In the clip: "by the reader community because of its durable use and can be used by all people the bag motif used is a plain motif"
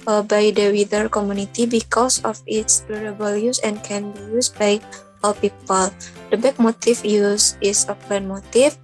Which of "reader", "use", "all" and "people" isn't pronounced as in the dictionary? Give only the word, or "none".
reader